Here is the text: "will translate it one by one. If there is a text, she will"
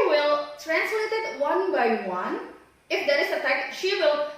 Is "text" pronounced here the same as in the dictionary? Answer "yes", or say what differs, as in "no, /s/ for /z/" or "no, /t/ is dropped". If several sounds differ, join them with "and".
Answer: no, /s/ is dropped